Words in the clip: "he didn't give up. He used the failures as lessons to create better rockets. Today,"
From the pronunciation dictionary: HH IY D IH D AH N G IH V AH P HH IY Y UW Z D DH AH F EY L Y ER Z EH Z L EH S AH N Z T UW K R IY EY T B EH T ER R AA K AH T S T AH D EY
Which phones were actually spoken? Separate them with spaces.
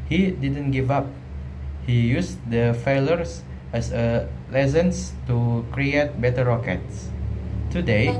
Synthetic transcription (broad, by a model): HH IY D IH D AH N G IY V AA P HH IY Y UW S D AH F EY L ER S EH S L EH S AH N S T UW K R IY EY T B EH T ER R AA K AH T S T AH D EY